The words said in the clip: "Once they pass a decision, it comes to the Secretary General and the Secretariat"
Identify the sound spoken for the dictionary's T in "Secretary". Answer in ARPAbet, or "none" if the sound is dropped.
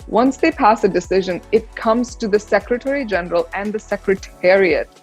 T